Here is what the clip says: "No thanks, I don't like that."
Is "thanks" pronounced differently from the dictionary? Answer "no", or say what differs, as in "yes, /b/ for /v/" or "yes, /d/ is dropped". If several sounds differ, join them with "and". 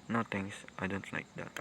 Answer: yes, /t/ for /θ/ and /k/ is dropped